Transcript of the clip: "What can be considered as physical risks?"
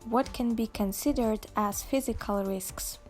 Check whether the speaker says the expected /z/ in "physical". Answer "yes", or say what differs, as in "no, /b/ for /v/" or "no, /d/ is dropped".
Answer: yes